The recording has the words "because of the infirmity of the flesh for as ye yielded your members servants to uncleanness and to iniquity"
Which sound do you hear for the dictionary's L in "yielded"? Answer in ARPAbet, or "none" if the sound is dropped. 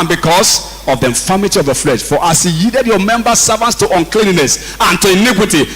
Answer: none